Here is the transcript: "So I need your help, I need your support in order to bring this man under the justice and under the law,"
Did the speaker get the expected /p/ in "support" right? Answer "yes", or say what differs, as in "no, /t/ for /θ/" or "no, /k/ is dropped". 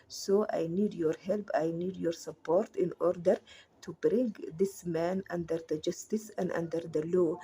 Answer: yes